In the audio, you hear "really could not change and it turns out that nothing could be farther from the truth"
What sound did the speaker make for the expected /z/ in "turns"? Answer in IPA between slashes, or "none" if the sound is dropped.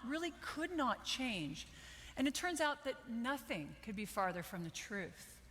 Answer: /z/